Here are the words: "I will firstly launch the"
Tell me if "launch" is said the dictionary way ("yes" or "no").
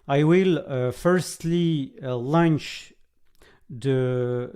yes